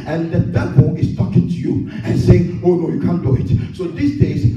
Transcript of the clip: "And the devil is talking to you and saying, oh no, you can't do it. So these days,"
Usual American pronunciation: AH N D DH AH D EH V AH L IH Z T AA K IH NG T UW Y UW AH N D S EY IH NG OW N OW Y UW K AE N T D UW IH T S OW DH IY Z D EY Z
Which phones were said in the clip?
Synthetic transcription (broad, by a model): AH N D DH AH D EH B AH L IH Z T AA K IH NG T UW Y UW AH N S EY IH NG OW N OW Y UW K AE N D UW IH T S OW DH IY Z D EY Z